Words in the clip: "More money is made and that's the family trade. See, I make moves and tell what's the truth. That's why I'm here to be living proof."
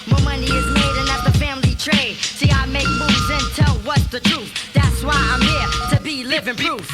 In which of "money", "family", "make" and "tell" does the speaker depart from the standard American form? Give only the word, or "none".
none